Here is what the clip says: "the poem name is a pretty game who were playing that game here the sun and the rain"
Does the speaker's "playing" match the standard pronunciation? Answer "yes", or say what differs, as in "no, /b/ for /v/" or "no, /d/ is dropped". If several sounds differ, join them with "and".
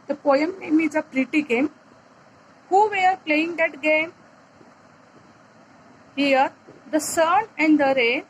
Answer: yes